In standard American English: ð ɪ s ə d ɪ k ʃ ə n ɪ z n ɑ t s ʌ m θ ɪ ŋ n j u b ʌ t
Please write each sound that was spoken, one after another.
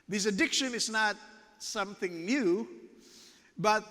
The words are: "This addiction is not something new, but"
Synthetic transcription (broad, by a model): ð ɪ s ə d ɪ k ʃ ə n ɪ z n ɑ t s ʌ m θ ɪ ŋ n j u b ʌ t